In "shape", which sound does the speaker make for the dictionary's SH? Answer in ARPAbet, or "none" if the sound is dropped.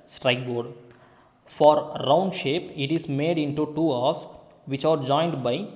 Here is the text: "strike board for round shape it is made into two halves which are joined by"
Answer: SH